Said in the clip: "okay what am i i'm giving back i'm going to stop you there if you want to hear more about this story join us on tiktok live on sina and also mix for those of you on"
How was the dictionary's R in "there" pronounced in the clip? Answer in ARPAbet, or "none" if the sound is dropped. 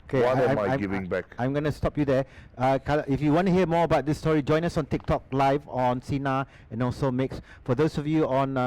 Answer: L